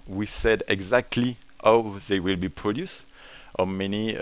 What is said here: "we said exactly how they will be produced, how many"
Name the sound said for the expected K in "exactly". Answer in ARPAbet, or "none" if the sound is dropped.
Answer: K